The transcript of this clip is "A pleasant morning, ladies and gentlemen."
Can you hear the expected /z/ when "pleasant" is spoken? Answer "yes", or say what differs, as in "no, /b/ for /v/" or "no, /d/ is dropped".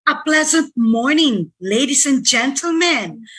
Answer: yes